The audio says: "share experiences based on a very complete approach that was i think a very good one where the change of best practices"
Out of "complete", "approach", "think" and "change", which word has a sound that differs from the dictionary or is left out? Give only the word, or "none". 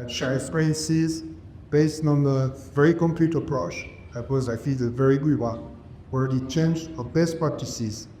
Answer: think